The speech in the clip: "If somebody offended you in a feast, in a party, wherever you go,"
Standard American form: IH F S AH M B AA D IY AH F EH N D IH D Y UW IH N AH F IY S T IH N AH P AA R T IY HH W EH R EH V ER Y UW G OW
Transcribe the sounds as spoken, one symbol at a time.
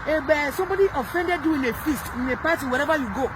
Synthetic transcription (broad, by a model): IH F S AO M B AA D IY AH F EH N D IH D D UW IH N AH F IY S T IH N AH P AA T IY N W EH R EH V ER Y UW G OW